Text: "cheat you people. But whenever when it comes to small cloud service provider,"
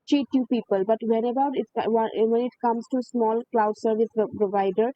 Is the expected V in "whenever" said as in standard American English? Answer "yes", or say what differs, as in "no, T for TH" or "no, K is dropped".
no, B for V